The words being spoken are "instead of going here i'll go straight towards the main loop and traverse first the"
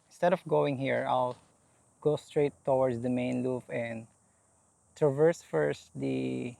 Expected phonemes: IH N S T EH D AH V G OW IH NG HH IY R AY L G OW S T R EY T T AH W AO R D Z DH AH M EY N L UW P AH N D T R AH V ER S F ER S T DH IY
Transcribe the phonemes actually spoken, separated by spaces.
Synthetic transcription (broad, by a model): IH N S T EH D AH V G OW IH NG HH IY R AY L G OW S T R EY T T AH W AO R D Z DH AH M EY N L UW F AH N D T R AH V ER S F ER S T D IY